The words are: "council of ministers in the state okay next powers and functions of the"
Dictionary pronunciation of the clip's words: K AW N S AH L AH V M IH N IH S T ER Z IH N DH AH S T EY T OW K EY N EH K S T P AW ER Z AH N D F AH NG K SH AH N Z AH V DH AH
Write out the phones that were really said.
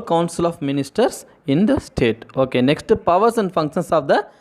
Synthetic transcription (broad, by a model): K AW N S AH L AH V M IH N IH S T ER S IH N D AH S T EY T OW K EY N EH K S T P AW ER S AH N D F AH NG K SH AH N S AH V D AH